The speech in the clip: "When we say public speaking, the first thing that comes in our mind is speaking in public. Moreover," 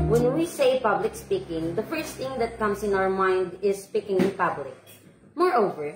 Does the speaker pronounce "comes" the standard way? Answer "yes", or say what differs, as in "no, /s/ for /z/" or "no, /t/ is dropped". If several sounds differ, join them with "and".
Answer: no, /s/ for /z/